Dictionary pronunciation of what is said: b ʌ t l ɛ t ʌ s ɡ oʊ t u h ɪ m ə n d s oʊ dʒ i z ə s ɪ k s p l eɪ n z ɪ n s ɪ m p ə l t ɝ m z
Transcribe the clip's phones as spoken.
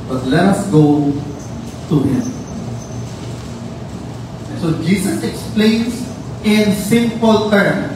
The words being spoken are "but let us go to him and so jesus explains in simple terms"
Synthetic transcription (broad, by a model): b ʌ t l ɛ t ʌ s ɡ oʊ t u h ɪ m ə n s oʊ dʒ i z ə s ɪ k s p l eɪ n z ɪ n s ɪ m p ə l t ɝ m